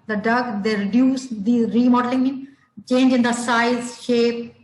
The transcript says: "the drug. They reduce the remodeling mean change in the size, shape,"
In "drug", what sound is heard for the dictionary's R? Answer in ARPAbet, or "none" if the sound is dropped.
none